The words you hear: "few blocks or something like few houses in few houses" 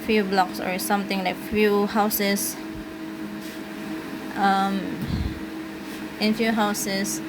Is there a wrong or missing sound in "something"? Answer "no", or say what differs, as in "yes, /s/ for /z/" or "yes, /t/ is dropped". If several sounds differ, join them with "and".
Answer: yes, /t/ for /θ/